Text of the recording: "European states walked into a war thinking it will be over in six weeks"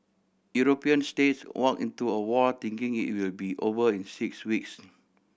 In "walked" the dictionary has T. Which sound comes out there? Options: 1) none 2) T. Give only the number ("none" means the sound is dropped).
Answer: 1